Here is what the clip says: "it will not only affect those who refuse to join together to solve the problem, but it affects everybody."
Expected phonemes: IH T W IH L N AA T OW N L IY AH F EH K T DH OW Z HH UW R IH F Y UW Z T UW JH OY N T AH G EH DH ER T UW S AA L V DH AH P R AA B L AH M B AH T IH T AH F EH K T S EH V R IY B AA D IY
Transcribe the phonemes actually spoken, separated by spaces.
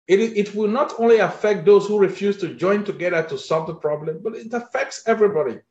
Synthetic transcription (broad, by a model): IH T W IH L N AA T OW N L IY AH F EH K T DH OW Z HH UW R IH F Y UW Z T UW JH OY N T AH G EH DH ER T UW S AA L V DH AH P R AA B L AH M B AH T IH T AH F EH K T S EH V R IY B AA D IY